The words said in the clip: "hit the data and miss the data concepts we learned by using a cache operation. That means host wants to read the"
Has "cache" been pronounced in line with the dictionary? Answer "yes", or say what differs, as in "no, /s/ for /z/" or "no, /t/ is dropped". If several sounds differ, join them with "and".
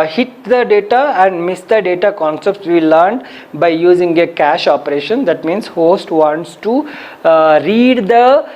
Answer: yes